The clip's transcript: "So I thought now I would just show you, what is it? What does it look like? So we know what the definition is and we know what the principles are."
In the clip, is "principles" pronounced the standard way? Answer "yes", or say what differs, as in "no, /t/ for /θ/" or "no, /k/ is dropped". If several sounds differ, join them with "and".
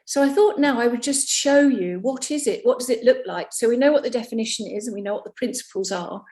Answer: yes